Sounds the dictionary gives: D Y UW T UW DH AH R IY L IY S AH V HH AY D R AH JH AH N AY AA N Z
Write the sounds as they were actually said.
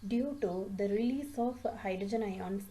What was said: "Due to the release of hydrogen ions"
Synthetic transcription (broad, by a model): D Y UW T UW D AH R IY L IY S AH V HH AY D R AH JH AH N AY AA N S